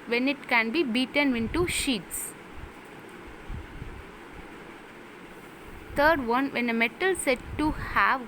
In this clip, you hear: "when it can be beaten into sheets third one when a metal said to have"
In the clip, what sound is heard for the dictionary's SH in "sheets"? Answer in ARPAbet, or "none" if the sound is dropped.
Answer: SH